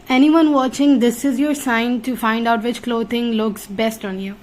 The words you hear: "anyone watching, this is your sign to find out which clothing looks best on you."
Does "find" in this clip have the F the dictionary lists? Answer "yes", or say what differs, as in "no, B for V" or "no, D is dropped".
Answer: yes